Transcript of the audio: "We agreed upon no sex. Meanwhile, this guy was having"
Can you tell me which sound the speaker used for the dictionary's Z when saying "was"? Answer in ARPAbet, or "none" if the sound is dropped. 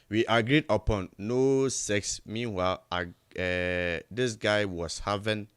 S